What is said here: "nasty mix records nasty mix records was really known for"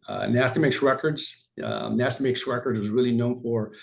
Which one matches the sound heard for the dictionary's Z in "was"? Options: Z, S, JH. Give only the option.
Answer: Z